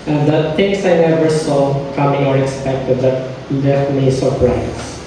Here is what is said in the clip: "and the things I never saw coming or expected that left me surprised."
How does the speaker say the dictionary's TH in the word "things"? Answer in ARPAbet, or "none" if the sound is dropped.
T